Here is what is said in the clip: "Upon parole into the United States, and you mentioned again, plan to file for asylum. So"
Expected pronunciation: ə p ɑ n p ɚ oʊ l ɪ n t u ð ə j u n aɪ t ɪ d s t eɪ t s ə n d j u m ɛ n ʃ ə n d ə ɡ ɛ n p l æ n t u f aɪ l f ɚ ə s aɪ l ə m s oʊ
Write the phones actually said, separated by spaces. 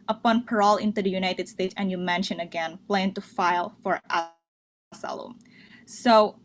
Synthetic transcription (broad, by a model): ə p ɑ n p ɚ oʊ l ɪ n t u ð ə j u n aɪ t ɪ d s t eɪ t s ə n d j u m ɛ n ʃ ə n ə ɡ ɛ n p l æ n t u f aɪ l f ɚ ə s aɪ l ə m s oʊ